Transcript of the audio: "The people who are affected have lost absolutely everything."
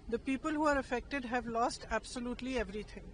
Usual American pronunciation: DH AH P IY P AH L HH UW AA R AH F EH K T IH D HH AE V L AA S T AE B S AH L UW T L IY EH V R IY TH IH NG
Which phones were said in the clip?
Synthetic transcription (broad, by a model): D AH P IY P AH L HH UW AA R AH F EH K T IH D HH AE V L AA S T AE B S AH L UW T L IY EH V R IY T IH NG